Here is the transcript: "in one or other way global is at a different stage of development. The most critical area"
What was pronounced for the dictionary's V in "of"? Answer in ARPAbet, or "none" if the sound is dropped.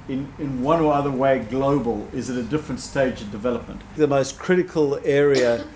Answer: V